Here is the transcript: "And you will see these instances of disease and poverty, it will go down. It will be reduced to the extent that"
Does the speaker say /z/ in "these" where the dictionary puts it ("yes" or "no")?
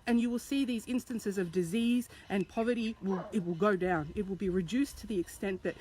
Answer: yes